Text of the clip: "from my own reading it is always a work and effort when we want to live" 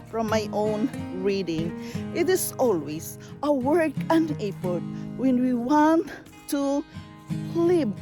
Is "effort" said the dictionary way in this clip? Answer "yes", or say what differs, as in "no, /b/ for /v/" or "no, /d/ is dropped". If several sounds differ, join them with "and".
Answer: no, /p/ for /f/